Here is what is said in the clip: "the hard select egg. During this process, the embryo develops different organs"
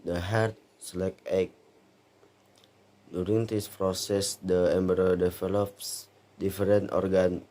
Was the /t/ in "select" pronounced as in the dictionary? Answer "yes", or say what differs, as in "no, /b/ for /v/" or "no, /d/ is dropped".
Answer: no, /t/ is dropped